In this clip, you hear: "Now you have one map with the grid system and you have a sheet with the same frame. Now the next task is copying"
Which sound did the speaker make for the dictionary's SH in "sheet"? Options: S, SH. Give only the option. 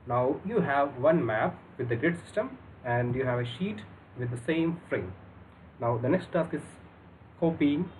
SH